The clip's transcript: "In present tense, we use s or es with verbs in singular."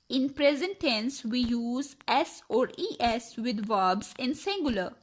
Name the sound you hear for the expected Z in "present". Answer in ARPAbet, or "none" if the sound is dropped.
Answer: Z